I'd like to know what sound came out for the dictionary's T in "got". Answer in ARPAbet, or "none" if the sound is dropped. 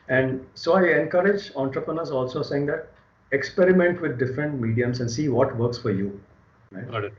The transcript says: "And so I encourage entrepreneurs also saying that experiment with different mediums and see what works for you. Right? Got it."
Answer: none